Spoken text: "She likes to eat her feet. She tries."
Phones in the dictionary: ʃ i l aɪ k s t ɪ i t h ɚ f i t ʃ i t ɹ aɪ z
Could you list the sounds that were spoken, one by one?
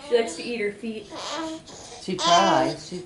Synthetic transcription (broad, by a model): ʃ i l aɪ k s t ɪ i t h ɚ f i t ʃ i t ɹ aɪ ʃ